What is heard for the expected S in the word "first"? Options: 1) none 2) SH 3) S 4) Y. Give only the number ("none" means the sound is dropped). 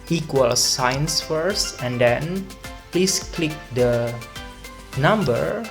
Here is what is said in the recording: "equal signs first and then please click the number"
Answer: 3